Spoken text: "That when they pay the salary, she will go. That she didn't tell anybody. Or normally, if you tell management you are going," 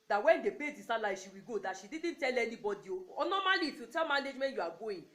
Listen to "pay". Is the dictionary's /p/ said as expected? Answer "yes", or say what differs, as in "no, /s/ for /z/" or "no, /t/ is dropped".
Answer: no, /b/ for /p/